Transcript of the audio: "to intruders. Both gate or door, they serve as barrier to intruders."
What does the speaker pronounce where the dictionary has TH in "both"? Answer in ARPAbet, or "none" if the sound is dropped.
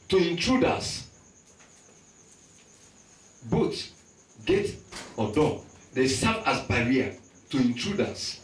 T